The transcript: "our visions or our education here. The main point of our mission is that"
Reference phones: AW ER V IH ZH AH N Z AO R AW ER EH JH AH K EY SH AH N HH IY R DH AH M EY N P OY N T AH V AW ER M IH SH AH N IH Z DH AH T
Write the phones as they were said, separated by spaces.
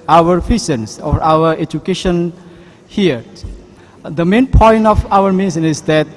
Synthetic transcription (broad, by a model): AW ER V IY S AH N S AO R AW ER EH JH AH K EY SH AH N HH IY R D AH M EY N P OY N T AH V AW ER M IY S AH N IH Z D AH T